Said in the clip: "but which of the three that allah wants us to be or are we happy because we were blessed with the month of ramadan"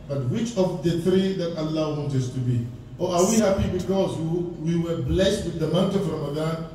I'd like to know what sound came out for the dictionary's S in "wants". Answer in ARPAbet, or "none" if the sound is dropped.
none